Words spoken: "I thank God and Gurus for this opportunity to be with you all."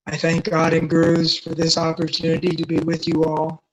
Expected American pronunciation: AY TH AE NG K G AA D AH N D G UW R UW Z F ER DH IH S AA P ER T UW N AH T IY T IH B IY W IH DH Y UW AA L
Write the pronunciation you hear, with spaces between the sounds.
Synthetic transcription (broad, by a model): AY TH AE NG K G AA D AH N G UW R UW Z F ER DH IH S AA P ER T UW N AH T IY T IH B IY W IH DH Y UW AA L